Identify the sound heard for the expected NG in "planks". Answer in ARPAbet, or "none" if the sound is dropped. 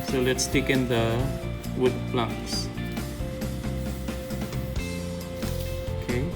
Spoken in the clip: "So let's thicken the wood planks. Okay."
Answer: none